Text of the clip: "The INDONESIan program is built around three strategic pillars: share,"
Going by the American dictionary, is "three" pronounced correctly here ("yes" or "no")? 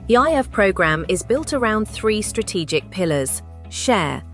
yes